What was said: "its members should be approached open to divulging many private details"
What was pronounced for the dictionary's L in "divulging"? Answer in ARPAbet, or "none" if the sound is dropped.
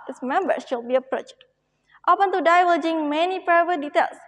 none